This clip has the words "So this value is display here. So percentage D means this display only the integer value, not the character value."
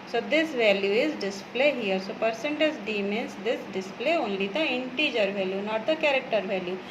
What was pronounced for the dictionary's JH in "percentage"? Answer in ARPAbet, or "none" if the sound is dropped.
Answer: Z